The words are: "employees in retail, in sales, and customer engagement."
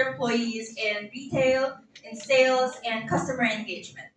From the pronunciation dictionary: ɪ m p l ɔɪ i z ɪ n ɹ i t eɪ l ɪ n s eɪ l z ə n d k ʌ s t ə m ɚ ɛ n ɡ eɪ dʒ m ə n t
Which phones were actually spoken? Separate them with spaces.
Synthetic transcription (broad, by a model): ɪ m p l ɔɪ i z ɪ n ɹ i t eɪ l ɪ n s eɪ l z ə n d k ʌ s t ə m ɚ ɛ n ɡ eɪ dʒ m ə n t